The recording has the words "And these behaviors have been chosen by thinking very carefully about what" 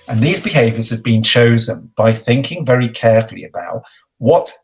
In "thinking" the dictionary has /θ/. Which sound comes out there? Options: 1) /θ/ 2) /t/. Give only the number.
1